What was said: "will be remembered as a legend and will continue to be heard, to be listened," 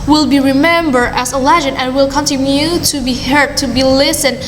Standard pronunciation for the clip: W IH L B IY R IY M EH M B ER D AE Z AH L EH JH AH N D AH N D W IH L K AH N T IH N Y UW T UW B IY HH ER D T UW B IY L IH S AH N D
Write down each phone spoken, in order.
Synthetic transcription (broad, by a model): W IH L B IY R IY M EH M B ER D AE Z AH L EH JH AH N AH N W IH L K AH N T IH N Y UW T UW B IY HH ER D T UW B IY L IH S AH N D